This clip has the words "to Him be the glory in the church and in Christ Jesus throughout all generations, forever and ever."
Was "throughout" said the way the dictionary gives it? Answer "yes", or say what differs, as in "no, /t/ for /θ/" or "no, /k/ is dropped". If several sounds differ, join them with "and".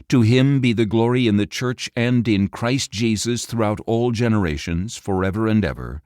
yes